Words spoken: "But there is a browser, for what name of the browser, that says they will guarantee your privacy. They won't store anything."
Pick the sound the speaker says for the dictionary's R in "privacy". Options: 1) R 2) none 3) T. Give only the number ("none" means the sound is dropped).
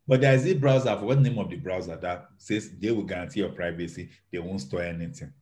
1